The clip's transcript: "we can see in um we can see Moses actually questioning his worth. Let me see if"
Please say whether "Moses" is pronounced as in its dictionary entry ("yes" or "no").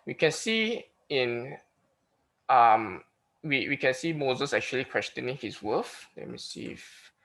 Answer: yes